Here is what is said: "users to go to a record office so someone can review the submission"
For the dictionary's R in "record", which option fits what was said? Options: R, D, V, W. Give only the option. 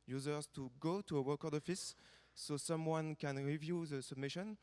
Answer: W